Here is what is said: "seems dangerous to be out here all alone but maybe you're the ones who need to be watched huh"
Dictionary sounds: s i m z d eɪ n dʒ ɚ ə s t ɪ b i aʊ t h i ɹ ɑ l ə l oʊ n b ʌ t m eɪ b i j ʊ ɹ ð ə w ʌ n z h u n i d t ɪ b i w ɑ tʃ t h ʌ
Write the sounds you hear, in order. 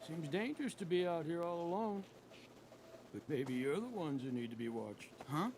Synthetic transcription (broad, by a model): s i m z d eɪ n dʒ ɚ ə s t ɪ b i aʊ t h i ɹ ɑ l ə l oʊ n b ʌ t m eɪ b i j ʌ ɹ ð ə w ʌ n z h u n i d t ɪ b i w ɑ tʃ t h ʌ